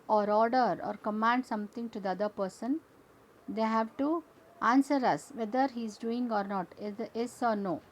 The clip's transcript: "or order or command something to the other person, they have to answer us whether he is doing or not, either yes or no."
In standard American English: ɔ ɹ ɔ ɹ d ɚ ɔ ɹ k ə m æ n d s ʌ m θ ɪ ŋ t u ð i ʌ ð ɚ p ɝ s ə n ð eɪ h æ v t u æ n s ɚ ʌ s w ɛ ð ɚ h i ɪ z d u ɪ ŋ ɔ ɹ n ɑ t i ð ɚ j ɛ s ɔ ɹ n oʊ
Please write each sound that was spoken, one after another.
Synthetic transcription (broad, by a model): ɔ ɹ ɔ ɹ d ɚ ɔ ɹ k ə m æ n d s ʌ m t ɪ ŋ t u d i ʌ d ɚ p ɝ s ə n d eɪ h æ v t u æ n s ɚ ʌ s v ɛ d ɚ h i ɪ z d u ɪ ŋ ɔ ɹ n ɑ t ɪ ɚ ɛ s ɔ ɹ n oʊ